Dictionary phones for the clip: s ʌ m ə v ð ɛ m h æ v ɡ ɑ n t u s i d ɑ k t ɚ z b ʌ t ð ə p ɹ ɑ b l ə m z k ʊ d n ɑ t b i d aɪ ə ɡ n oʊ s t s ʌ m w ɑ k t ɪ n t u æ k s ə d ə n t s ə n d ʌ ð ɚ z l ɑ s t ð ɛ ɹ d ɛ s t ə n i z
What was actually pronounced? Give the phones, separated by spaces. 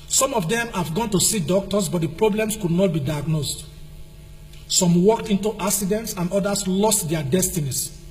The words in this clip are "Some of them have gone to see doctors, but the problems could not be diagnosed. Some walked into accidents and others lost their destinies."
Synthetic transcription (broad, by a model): s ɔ m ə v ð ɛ m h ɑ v ɡ ɑ n t u s i d ɑ k t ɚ s b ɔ t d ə p ɹ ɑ b l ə m s k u d n ɑ t b i d aɪ ə ɡ n oʊ s t s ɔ m w ɑ k t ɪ n t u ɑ k s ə d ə n t s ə n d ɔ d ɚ s l ɑ s t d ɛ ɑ d ɛ s t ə n i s